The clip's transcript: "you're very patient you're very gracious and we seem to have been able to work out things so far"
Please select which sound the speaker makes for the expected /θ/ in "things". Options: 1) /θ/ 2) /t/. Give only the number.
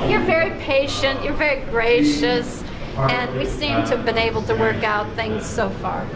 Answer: 1